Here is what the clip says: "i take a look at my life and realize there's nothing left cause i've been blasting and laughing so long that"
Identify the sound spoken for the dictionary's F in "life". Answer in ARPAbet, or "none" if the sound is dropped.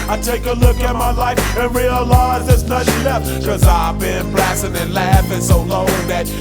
F